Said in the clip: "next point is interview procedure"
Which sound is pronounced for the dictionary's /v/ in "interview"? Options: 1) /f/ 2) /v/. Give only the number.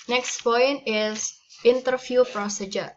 1